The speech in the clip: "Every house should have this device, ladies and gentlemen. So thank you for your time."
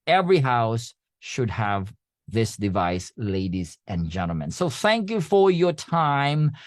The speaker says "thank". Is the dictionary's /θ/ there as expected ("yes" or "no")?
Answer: yes